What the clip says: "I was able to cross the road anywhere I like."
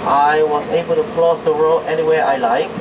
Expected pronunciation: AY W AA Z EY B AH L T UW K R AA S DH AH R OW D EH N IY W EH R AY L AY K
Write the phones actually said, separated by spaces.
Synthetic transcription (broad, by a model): AY W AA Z EY B AH L T UW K L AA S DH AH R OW EH N IY W EH R AY L AY K